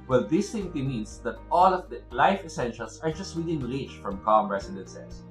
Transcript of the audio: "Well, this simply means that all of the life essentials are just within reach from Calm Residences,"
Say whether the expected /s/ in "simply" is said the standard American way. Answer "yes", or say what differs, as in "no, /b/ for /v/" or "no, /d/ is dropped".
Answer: no, /θ/ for /s/